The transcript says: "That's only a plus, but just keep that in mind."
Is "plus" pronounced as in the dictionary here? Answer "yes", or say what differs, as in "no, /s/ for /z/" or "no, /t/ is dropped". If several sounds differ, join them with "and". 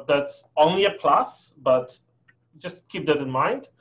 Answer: yes